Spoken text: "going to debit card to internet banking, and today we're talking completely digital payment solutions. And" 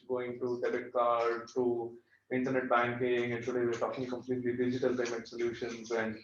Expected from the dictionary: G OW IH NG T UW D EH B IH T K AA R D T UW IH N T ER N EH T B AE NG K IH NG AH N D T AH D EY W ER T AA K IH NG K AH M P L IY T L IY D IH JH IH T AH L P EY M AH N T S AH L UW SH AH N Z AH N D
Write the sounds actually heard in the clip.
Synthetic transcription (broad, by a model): G OW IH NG T UW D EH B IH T K AA R D T UW IH N T ER N EH T B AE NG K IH NG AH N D T AH D EY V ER T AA K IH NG K AH M P L IY T L IY D IH JH IH T AH L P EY M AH T S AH L UW SH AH N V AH N